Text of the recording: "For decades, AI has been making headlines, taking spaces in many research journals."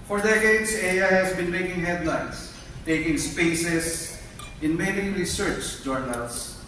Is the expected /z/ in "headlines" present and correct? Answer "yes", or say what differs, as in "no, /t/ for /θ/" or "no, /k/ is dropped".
no, /s/ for /z/